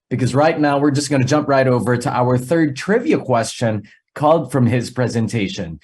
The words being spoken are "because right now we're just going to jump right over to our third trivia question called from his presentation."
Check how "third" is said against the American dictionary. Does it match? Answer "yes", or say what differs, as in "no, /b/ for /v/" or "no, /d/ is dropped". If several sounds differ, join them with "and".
yes